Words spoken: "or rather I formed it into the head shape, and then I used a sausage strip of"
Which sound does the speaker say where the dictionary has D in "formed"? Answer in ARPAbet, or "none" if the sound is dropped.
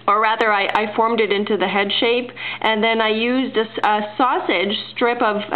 D